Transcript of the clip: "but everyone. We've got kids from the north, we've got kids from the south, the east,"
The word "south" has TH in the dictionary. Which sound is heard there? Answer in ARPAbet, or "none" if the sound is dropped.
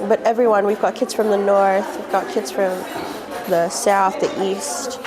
TH